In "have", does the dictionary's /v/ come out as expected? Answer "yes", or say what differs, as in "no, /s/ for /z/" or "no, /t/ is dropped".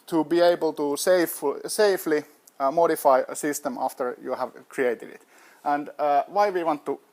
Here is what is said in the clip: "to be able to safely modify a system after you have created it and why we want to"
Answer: yes